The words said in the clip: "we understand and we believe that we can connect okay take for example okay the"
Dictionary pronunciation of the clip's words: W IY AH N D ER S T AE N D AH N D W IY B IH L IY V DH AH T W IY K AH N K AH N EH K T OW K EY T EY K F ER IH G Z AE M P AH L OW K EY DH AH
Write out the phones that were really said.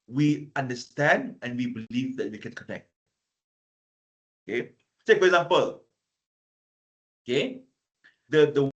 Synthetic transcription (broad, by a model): W IY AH N D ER S T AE N D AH N W IY B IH L IY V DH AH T W IY K AH N K AH N EH K T OW K EY S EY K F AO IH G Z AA M P AH L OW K EY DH AH